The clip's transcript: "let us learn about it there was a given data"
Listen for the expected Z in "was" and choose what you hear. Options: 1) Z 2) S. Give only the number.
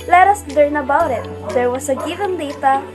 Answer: 2